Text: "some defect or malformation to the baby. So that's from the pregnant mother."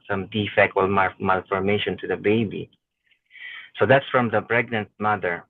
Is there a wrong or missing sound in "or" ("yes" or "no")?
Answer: yes